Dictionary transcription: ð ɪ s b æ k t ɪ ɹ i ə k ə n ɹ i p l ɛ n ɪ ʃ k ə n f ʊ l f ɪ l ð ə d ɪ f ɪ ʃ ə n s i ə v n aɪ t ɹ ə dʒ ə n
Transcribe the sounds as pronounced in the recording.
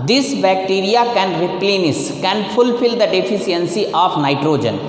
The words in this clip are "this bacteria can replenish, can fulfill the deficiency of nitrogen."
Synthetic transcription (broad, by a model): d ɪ s b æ k t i ɹ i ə k ə n ɹ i p l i n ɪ s k ə n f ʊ l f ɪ l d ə d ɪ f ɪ s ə n s i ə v n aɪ t ɹ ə dʒ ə n